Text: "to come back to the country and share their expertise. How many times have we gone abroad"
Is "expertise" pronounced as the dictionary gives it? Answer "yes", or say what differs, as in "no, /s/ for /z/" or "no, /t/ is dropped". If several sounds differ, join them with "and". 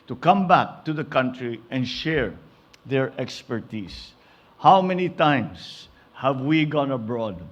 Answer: no, /s/ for /z/